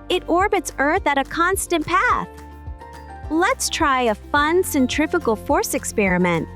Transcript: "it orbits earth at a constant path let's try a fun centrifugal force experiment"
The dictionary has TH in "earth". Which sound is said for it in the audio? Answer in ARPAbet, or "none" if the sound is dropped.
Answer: TH